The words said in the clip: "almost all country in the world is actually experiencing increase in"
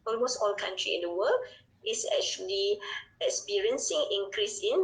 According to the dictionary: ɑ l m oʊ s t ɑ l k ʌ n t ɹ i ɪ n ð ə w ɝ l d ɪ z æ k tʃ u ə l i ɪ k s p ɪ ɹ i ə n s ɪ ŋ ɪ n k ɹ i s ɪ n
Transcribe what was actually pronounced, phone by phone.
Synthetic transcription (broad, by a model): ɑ l m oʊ s t ɑ l k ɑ n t ɹ i ɪ n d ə w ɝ l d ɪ s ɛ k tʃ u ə l i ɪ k s p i ɹ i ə n s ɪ ŋ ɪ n k ɹ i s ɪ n